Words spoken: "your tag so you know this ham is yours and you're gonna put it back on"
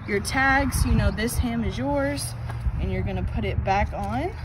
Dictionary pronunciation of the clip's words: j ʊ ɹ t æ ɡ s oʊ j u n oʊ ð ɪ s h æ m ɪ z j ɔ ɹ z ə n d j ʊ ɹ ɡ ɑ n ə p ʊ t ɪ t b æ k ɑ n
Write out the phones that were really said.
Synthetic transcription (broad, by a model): j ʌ ɹ t æ ɡ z j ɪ n oʊ ð ɪ s h æ m ɪ z j ɔ ɹ z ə n j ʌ ɹ ɡ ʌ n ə p ʊ t ɪ t b æ k n